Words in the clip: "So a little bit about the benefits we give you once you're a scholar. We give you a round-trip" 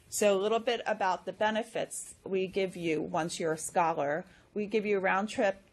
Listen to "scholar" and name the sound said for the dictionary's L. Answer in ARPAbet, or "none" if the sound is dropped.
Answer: L